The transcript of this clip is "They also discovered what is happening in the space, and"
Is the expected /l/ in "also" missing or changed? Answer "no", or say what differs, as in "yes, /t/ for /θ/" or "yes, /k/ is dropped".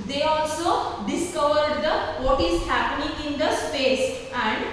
no